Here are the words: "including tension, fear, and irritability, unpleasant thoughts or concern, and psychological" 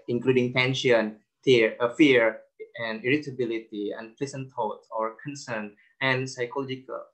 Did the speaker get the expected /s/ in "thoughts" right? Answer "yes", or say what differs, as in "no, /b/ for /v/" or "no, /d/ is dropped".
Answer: no, /s/ is dropped